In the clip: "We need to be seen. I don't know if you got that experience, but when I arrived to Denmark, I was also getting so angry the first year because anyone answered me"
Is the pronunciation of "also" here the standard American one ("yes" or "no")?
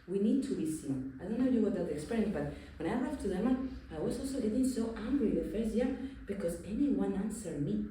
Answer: yes